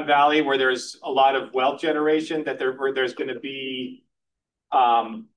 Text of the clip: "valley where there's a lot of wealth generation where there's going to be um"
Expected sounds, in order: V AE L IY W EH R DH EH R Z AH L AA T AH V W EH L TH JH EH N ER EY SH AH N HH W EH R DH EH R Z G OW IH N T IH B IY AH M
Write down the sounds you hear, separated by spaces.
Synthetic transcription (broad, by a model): V AE L IY W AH R DH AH R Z AH L AA T AH V W EH L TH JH EH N ER EY SH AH N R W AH R DH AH R Z G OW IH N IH B IY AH M